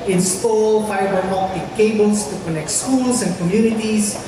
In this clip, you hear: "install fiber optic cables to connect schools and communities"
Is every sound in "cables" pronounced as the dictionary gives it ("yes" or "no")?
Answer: no